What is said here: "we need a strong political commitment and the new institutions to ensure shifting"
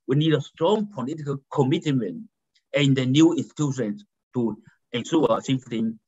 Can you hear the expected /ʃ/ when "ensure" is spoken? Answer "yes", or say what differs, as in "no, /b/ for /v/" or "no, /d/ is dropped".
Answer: no, /s/ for /ʃ/